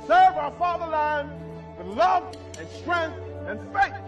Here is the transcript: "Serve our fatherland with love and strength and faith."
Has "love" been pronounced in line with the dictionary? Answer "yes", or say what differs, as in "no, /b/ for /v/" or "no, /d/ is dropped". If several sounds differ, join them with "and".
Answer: yes